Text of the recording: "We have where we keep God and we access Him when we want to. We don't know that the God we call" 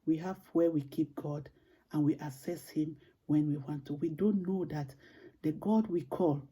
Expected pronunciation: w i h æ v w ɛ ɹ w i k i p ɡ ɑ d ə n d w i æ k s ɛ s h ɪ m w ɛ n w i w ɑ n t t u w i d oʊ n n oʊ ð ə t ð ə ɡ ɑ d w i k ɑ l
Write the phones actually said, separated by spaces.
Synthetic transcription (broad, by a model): w i h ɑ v w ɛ w i k i p ɡ ɑ d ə n w i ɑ s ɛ s h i m w ɛ n w i w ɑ n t t u w i d oʊ n n oʊ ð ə t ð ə ɡ ɑ d w i k ɑ l